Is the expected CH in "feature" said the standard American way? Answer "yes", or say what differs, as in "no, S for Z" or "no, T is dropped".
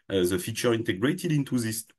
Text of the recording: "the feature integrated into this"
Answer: yes